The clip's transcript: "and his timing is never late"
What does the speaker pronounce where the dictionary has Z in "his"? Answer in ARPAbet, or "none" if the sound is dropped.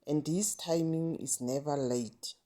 S